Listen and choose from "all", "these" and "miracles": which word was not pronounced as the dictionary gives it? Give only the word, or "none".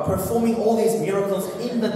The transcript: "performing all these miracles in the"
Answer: none